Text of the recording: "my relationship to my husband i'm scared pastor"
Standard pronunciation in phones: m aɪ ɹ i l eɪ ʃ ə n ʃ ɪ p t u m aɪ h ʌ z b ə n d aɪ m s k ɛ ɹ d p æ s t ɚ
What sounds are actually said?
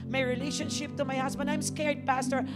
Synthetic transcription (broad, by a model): m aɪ ɹ i l eɪ ʃ ə n ʃ ɪ p t u m aɪ h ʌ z b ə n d aɪ m s k ɛ ɹ d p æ s t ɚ